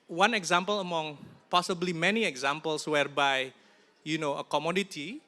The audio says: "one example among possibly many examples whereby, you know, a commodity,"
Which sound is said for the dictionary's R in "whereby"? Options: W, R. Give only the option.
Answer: R